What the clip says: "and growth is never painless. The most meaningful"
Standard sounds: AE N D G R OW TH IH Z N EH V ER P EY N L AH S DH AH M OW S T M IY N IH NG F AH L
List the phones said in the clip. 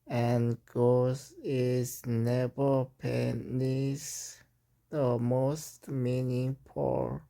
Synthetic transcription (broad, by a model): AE N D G OW S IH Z N EH V ER P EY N AH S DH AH M OW S T M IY N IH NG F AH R